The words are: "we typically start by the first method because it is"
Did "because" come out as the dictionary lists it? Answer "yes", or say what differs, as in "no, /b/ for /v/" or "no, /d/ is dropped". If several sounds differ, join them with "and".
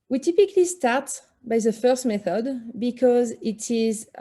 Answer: yes